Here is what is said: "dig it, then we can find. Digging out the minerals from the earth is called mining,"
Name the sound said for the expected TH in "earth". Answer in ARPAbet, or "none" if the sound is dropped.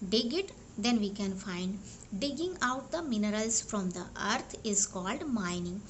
T